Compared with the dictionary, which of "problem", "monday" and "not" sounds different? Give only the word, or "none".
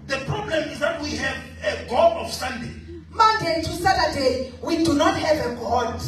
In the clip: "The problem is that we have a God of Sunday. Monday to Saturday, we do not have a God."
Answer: monday